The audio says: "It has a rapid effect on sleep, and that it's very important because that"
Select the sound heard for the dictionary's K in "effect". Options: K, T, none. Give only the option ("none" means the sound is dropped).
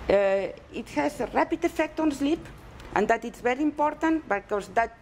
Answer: K